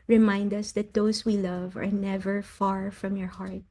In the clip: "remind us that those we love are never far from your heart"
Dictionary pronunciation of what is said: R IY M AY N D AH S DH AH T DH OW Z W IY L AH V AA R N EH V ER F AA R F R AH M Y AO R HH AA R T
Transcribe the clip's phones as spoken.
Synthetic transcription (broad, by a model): R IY M AY N D AH S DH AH T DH OW S W IY L AH V AA R N EH V ER F AA R F R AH M Y AO R HH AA R T